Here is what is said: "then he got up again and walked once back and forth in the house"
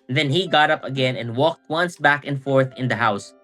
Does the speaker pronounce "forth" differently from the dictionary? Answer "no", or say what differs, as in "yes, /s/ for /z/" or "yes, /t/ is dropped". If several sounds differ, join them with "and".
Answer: no